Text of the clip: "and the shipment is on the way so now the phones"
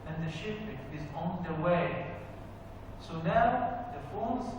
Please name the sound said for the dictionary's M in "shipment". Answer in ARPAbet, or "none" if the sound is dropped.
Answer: none